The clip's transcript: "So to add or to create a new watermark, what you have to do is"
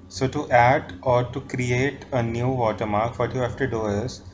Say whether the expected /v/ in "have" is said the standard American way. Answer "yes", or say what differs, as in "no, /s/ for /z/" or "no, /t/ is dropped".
no, /f/ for /v/